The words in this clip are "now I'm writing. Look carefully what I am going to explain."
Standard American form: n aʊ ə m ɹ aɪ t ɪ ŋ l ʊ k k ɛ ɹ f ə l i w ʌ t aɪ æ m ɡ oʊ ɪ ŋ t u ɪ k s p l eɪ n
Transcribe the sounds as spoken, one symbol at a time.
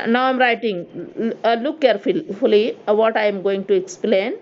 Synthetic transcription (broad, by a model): n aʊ ə m ɹ aɪ t ɪ ŋ l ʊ k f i l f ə l i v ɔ t aɪ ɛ m ɡ oʊ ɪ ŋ t u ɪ k s p l eɪ n